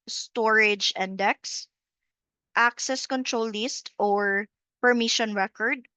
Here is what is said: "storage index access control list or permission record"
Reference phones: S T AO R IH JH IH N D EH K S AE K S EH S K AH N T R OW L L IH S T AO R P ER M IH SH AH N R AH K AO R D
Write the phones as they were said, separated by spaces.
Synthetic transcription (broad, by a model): S T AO R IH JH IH N D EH K S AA K S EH S K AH N T R OW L L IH S T AO R P ER M IH SH AH N R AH K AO R D